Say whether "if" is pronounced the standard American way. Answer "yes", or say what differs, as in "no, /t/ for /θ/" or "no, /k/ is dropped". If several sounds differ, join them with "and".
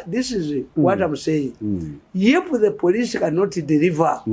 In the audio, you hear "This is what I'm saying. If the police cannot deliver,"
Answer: no, /p/ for /f/